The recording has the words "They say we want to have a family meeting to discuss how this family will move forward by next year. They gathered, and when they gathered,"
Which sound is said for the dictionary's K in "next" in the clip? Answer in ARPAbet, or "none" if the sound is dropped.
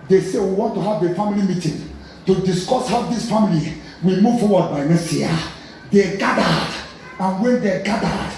none